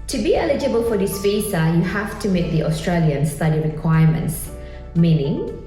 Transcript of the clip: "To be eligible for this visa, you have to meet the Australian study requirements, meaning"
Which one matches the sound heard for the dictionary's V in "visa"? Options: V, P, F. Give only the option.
F